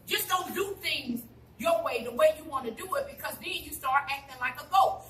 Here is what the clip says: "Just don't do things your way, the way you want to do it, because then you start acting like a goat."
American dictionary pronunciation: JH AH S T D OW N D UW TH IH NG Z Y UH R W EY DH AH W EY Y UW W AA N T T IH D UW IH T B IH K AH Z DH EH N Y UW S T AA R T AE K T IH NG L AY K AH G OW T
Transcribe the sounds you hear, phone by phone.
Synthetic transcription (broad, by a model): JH AH S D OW N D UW TH IH NG Z Y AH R W EY DH AH W EY Y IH W AA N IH D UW IH T B IH K AH Z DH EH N Y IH S T AA R T AE K T IH NG L AY K AH G OW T